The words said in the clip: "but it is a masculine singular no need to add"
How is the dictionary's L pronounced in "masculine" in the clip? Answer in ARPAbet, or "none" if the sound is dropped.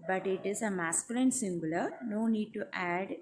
L